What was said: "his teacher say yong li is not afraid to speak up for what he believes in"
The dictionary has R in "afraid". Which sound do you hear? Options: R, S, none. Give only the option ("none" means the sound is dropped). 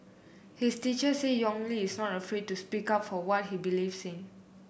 R